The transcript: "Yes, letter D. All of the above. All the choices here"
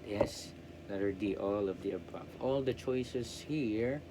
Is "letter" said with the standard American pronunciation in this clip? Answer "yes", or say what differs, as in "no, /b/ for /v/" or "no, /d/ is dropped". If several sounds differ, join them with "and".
no, /n/ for /l/